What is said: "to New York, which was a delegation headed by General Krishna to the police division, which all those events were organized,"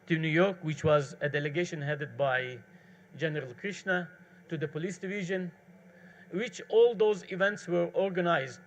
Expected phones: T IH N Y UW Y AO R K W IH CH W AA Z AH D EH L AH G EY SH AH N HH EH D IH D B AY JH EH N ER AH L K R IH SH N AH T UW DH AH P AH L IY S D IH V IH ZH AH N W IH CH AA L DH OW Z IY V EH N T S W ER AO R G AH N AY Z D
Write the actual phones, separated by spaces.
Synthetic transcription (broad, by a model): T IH N Y UW Y AO R K W IH CH W AA Z AH D EH L AH G EY SH AH N HH EH D IH D B AY JH EH N ER AH L K R IH SH N AH T UW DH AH P AH L IY S D IH V IH ZH AH N W IH CH AA L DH OW Z IY V EH N T S W ER AO R G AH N AY Z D